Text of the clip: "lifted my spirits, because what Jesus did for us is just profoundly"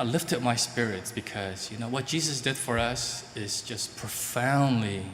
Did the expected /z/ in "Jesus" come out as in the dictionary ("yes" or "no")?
yes